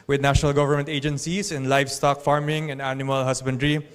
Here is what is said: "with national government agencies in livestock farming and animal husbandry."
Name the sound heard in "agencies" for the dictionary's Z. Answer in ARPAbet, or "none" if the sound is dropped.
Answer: S